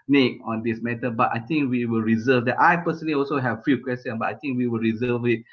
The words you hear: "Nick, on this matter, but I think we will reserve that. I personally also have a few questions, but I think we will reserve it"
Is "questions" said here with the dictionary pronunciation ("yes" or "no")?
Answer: no